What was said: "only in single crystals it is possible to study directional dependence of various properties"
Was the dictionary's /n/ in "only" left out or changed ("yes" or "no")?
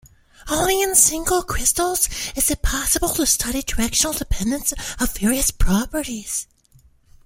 yes